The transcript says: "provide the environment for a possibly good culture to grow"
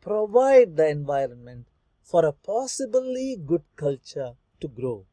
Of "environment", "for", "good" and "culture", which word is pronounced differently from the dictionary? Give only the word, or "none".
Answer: none